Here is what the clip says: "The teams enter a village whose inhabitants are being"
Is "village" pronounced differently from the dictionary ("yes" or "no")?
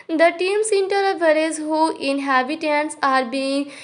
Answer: yes